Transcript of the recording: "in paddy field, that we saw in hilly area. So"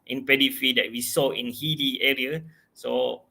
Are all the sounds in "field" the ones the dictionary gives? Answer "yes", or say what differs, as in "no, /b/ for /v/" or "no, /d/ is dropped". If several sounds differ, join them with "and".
no, /l/ is dropped